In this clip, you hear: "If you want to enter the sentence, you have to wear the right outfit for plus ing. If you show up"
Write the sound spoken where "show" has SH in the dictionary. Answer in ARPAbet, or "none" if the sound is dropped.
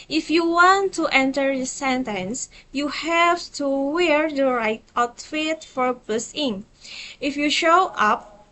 SH